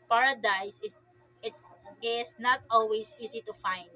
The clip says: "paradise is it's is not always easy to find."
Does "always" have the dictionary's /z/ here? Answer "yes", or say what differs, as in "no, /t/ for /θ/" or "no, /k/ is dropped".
no, /s/ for /z/